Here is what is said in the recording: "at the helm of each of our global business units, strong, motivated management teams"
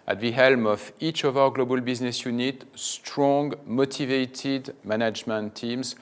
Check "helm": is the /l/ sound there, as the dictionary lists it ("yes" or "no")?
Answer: yes